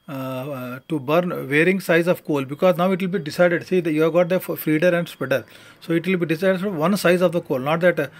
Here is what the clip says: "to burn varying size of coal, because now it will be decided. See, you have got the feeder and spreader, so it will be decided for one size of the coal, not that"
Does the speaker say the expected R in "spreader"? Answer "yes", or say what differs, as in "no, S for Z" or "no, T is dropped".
no, R is dropped